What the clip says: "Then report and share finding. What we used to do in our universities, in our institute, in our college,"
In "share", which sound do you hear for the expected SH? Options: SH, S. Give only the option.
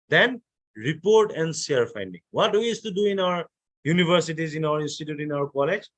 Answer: S